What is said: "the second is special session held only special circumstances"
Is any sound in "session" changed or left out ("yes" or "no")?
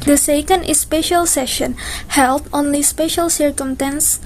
no